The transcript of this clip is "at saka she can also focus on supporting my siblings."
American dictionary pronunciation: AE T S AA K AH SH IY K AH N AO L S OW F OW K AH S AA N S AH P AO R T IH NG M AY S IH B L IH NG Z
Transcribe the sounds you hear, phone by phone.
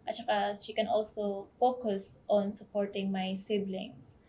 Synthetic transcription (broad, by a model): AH T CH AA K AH SH IY K AH N AO L S OW F OW K AH S AA N S AH P AO R T IH NG M AY S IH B L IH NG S